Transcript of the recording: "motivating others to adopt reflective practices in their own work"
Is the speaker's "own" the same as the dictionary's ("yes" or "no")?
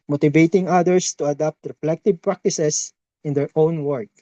yes